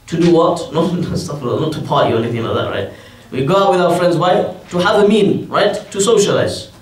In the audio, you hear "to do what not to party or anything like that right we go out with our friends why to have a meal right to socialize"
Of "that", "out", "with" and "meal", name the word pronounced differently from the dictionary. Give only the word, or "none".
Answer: meal